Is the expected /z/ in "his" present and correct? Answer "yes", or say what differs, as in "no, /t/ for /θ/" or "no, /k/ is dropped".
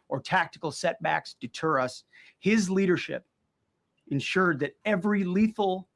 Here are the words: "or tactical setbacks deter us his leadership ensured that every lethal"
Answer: yes